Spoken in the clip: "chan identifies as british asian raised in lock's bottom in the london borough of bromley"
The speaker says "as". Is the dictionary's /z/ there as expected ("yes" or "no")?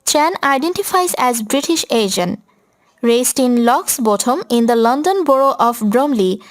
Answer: yes